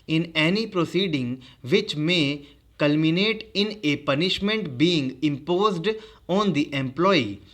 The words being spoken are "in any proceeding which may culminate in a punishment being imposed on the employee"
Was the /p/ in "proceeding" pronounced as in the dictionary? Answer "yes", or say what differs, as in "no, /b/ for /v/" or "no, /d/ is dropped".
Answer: yes